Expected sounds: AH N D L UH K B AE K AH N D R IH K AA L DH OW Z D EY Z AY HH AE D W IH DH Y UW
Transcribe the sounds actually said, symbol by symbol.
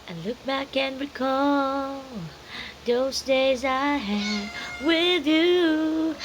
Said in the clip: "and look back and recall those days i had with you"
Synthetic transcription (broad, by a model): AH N L UH K B AE K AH N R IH K AA L DH OW Z D EY Z AY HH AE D W IH DH Y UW